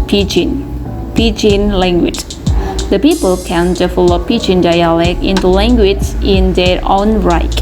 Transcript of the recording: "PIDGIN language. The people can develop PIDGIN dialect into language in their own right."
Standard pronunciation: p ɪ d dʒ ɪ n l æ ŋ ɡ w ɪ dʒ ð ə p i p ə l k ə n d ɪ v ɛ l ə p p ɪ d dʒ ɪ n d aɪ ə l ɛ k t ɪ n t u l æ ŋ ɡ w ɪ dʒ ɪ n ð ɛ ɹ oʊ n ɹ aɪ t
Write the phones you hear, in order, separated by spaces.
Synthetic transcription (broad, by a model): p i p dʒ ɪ n l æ ŋ ɡ w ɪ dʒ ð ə p i p ə l k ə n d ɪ f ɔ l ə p p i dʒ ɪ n d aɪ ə l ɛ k ɪ n t u l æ ŋ ɡ w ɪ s ɪ n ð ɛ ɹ oʊ n ɹ aɪ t